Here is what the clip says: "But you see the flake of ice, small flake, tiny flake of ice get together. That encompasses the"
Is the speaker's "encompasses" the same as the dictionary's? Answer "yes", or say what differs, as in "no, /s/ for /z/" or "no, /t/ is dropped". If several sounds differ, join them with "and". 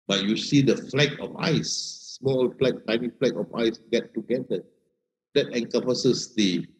no, /m/ is dropped